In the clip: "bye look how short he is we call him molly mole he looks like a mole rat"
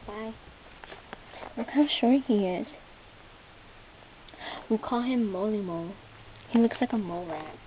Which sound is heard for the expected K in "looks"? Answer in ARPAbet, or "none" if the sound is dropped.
K